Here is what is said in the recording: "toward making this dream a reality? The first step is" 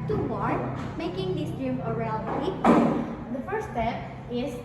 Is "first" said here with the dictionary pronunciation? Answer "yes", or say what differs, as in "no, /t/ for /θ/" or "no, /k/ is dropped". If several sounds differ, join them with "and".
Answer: no, /s/ is dropped